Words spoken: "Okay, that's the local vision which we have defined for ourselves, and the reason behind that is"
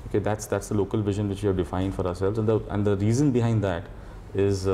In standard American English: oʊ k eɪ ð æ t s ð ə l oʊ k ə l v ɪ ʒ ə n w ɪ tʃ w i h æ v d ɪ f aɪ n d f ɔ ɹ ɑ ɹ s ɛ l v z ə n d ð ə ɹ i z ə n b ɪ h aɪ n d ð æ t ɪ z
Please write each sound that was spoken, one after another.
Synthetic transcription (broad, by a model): oʊ k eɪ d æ t s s ə l oʊ k ə l v ɪ ʒ ə n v ɪ tʃ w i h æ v d ɪ f aɪ n d f ɔ ɹ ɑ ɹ s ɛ l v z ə n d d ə ɹ i z ə n b ɪ h aɪ n d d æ t ɪ z